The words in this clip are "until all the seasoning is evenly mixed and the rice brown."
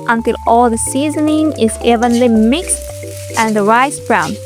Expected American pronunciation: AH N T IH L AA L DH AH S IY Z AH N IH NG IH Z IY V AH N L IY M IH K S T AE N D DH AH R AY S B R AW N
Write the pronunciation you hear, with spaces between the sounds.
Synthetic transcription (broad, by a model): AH N T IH L AA L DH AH S IY Z AH N IH NG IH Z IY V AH N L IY M IH K S T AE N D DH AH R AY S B R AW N